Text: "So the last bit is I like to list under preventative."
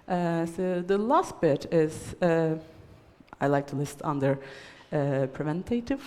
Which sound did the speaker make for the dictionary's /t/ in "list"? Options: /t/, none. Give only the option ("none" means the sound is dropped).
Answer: /t/